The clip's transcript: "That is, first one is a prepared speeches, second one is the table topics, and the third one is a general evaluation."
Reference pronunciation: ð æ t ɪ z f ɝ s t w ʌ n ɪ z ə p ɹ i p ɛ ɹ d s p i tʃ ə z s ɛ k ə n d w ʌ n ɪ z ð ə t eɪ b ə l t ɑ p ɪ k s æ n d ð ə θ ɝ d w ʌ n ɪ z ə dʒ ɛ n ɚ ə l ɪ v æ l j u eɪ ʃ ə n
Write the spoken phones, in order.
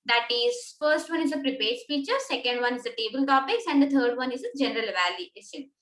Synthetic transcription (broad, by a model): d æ t ɪ z f ɝ s t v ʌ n ɪ z ə p ɹ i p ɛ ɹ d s f i tʃ ə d s ɛ k ə n d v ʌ n ɪ z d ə t eɪ b ə l t ɑ p ɪ k s æ n d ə t ɝ d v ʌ n ɪ z ə dʒ ɛ n ɚ ə l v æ l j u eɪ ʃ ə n